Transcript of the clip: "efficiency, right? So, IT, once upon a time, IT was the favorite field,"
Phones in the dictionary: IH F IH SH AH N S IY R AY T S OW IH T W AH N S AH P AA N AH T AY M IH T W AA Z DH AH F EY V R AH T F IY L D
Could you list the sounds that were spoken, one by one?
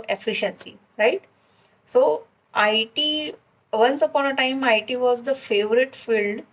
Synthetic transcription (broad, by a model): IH F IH SH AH N S IY R AY T S OW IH T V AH N S AH P AA N AH T AY M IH T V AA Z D AH F EY V R AH T F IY L D